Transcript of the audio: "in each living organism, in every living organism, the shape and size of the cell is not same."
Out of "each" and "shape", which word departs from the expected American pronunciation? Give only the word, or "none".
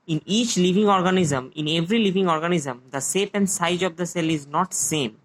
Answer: shape